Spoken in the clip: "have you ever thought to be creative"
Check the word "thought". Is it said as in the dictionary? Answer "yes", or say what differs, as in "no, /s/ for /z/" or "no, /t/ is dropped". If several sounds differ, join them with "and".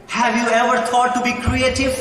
no, /t/ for /θ/